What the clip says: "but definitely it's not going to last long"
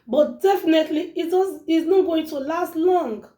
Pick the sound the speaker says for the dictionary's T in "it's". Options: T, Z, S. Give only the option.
S